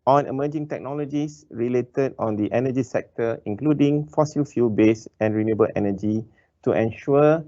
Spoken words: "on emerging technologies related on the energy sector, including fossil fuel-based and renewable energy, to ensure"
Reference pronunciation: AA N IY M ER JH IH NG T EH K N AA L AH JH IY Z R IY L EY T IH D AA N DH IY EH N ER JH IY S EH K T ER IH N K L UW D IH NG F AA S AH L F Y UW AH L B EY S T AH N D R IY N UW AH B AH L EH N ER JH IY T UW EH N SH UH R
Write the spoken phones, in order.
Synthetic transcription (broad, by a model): AA N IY M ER JH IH NG T EH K N AA L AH JH IY S R IY L EY T IH D AA N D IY EH N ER JH IY S EH K T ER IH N K L UW D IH NG F AA S AH L F Y UW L B EY S AH N R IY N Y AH B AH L EH N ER JH IY T UW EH N SH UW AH